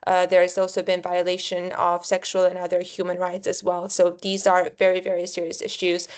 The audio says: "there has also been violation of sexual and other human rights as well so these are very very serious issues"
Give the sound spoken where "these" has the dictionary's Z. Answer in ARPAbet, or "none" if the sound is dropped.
Z